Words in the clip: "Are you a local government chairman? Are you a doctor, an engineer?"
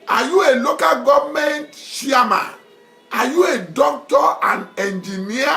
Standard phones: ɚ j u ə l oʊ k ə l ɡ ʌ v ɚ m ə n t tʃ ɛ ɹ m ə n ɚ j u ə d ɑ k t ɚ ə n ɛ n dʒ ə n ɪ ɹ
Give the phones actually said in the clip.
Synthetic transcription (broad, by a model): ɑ j u ə l oʊ k ə l ɡ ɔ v m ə n t ʃ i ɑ m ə n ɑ j u ə d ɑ k t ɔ ə n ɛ n dʒ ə n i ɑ